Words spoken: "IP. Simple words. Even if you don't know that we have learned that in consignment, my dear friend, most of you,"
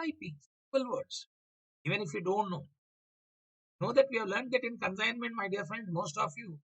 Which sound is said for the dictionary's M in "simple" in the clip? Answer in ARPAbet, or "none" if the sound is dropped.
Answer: none